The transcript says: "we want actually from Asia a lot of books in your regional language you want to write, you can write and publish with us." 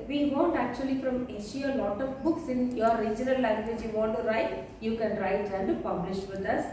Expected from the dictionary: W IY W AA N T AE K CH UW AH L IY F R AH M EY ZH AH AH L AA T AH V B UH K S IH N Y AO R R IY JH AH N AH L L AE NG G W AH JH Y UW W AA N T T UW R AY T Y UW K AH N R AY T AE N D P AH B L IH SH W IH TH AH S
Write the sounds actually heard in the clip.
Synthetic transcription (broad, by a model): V IY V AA N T AE K CH UW AH L IY F R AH M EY SH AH AH L AA T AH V B UH K S IH N Y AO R R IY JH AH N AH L L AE NG G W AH JH Y UW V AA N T T UW R AY T Y UW K AH N R AY T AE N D P AH B L IH SH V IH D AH S